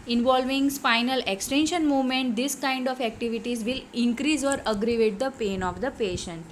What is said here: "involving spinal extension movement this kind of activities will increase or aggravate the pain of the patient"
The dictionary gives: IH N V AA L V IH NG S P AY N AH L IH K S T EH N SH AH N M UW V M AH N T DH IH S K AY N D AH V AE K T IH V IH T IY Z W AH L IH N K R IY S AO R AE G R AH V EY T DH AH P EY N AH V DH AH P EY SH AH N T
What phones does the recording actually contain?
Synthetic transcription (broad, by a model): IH N V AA L V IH NG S F AY N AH L IH K S T EH N SH AH N M UW V M AH N T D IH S K AY N D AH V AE K T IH V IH T IY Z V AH L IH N K R IY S AO R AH G R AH V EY T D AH P EY N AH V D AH P EY SH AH N T